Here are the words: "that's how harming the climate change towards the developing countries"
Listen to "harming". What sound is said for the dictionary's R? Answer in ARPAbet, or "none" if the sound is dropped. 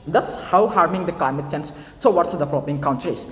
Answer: R